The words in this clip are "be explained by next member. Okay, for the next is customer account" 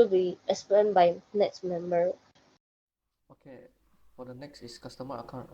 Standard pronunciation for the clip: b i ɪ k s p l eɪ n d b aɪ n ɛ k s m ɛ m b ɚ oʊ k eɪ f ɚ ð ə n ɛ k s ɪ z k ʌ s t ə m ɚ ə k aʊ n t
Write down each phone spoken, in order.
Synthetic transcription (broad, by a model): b i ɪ s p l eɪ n b aɪ n ɛ k s m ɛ m b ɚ oʊ k eɪ f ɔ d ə n ɛ k s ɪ s k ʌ s t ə m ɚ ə k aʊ n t